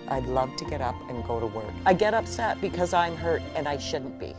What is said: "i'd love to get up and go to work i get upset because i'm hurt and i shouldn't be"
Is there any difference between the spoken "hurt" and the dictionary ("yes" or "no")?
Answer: no